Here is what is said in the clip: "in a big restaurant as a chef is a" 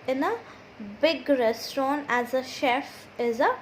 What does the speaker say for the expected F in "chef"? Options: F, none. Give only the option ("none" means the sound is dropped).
F